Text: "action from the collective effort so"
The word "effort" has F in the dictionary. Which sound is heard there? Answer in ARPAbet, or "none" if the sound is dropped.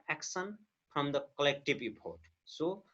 P